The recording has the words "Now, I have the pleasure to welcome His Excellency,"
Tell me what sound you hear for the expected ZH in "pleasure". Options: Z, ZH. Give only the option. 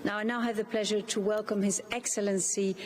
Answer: ZH